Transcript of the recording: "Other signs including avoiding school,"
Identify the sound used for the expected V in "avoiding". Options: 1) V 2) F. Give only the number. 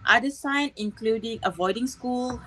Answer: 1